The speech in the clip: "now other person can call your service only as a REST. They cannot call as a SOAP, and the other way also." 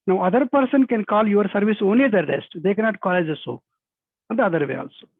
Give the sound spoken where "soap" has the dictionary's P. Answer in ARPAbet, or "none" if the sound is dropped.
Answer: none